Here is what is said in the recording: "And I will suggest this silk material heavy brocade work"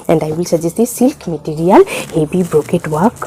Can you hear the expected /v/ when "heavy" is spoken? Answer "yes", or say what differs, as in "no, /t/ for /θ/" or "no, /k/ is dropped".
no, /b/ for /v/